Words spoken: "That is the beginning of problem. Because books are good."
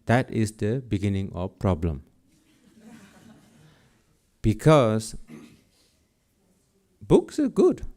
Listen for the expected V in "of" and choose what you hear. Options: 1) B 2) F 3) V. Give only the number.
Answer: 2